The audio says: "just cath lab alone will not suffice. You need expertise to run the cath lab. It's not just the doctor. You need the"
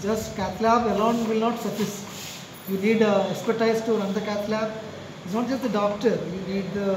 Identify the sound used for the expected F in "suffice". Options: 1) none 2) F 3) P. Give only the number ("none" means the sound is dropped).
1